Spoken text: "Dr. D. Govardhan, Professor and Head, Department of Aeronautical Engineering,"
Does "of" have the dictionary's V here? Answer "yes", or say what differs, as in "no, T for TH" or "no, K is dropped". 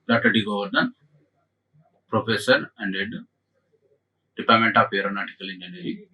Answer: no, P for V